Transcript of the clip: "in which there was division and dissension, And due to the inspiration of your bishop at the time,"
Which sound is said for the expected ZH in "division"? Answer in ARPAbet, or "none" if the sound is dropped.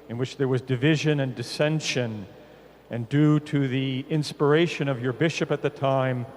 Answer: ZH